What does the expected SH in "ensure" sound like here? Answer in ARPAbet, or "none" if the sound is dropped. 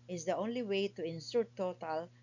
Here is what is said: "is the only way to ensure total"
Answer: S